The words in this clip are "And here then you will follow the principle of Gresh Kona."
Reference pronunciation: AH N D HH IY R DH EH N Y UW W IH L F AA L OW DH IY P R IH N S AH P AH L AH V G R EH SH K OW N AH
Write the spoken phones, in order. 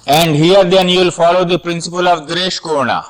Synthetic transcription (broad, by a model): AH N D HH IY R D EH N Y UW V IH L F AA L OW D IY P R IH N S AH P AH L AH V G R EH SH K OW N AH